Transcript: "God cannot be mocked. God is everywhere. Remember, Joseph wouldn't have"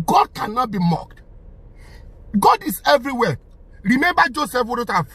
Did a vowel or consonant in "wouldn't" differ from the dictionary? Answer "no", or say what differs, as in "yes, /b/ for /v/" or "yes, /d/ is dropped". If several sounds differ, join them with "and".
yes, /n/ is dropped